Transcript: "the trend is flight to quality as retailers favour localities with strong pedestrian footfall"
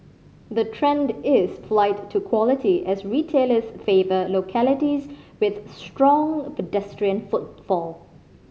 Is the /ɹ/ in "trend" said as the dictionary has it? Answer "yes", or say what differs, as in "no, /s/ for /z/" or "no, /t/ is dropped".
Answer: yes